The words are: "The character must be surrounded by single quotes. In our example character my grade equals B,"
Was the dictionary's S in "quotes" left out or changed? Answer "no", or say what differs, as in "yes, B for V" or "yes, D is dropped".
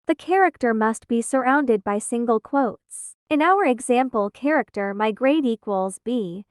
no